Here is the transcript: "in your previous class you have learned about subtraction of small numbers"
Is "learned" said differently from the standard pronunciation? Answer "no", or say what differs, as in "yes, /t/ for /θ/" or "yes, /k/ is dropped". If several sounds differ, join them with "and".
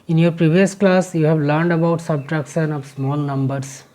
no